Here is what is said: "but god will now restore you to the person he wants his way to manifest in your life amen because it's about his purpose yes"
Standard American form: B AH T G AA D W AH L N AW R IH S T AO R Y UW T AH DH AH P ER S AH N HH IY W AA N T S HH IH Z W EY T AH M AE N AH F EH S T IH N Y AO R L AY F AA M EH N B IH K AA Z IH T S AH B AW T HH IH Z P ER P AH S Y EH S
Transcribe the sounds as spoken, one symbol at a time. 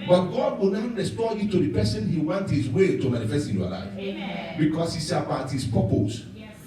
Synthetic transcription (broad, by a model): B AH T G AA D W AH N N R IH S T AO Y UW T AH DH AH P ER S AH N HH IY W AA N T HH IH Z W EY T AH M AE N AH F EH S T IH N Y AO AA L AY F B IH K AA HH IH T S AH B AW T HH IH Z P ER P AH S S